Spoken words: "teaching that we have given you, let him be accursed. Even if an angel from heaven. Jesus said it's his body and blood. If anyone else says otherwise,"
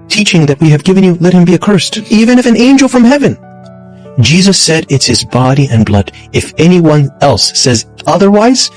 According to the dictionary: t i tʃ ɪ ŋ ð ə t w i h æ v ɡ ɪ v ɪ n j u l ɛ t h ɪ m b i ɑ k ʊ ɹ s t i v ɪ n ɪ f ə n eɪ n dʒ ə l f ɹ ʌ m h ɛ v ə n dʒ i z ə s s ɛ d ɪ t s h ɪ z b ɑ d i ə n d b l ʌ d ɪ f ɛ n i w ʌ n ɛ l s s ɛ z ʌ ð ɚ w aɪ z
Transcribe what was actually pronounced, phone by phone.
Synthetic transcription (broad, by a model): t i tʃ ɪ ŋ ð ə t w i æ v ɡ ɪ v ɪ n j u l ɛ t h ɪ m b i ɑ k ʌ ɹ s t i v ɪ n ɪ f ə n eɪ n dʒ l f ɹ ʌ m h ɛ v ə n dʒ i z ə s s ɛ d ɪ t s h ɪ z b ɑ d i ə n b l ʌ d ɪ f ɛ n i w ʌ n ɛ l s s ɛ z ʌ ð ɚ w aɪ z